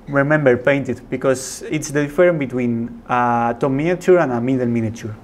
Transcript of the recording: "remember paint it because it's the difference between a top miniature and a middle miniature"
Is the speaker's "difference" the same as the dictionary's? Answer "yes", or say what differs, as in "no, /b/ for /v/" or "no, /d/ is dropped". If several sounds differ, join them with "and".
no, /s/ is dropped